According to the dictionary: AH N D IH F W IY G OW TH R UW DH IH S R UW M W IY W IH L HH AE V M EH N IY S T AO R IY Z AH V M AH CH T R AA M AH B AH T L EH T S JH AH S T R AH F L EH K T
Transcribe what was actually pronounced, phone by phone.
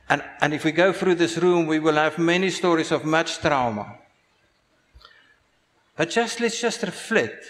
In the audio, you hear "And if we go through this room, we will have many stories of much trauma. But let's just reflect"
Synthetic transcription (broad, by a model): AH N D IH F W IY G OW TH R UW DH IH S R UW M W IY W IH L HH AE V M EH N IY S T AO R IY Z AH V M AH CH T R AA M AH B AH T L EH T S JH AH S T R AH F L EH T